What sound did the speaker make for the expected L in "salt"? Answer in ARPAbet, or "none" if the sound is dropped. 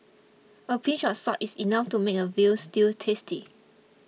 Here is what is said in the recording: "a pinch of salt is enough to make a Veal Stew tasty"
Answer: none